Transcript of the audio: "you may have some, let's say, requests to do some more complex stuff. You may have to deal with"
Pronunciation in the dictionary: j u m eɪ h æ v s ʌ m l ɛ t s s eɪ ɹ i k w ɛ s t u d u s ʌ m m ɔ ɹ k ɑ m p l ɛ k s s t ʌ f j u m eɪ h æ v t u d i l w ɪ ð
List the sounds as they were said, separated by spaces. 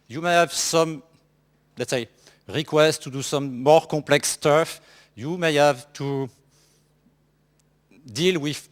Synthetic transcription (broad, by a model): j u m eɪ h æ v s ʌ m l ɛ t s s eɪ ɹ i k w ɛ s t u d u s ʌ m m ɔ ɹ k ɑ p l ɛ k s s t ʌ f j u m eɪ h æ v t u d i l w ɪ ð